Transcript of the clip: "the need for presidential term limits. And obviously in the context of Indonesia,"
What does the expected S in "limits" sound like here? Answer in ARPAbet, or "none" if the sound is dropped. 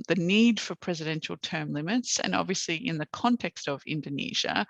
S